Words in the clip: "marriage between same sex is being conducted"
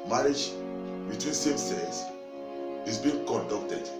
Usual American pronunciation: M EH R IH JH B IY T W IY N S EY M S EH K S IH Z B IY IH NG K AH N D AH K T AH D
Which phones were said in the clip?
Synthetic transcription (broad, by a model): M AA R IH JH B IY T W IY N S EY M S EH S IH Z B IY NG K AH N D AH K T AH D